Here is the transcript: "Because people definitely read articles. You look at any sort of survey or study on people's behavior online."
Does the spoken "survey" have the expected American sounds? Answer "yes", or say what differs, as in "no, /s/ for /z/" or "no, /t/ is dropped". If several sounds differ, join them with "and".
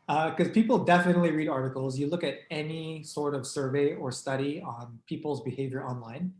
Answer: yes